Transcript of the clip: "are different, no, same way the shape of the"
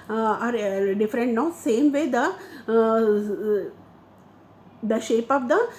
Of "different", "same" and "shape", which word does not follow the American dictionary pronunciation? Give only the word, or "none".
none